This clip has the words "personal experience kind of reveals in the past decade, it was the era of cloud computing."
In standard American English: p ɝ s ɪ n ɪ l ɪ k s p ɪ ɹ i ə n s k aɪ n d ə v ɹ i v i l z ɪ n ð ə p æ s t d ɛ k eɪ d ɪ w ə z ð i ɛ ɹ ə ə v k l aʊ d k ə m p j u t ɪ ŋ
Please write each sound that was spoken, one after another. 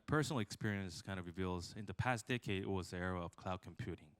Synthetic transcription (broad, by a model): p ɝ s n l ɪ k s p ɪ ɹ i ə n s k aɪ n ə v ɹ i v i l z ɪ n ð ə p æ s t d ɛ k eɪ d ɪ w ə z ð i ɛ ɹ ə ə v k l aʊ d k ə m p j u t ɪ ŋ